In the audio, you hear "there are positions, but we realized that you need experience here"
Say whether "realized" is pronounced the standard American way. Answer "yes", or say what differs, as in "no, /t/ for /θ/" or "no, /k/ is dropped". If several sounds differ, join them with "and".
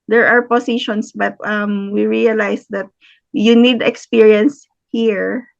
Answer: no, /s/ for /z/